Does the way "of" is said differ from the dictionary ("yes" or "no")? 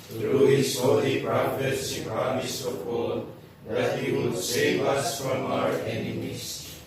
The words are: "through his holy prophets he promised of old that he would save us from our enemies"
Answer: yes